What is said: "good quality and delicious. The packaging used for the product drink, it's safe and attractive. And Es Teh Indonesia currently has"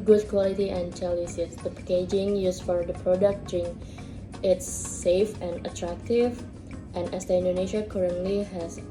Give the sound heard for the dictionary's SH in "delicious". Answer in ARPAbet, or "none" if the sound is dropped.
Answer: S